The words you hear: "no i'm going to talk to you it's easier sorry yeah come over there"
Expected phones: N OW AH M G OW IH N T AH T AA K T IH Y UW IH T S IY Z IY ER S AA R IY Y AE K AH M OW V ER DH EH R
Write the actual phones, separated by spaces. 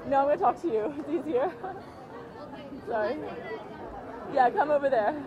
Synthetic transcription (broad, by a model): N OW AH M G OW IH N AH T AA K T IH Y UW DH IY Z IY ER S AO IY Y AE K AH M OW V ER DH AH R